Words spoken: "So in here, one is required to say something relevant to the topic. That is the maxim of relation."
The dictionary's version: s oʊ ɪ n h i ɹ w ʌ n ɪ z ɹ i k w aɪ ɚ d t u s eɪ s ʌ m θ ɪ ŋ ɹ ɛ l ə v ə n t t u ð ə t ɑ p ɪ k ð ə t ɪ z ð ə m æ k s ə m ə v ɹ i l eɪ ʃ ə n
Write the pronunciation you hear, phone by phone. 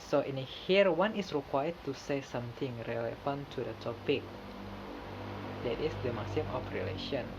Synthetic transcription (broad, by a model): s oʊ ɪ n h i ɹ w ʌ n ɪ s ɹ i k w aɪ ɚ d t u s eɪ s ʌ m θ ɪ ŋ ɹ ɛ l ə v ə n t t u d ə t ɑ p ɪ k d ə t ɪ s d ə m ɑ s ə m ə f ɹ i l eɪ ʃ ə n